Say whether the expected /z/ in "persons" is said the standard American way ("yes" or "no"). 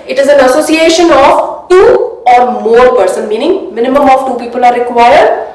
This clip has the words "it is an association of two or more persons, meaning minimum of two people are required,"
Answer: no